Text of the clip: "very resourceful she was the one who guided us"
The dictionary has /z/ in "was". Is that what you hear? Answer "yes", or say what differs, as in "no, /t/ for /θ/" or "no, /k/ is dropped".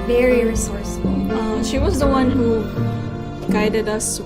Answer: yes